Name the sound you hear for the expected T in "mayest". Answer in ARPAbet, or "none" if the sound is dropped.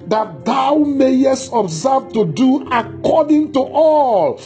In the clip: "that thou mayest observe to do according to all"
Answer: T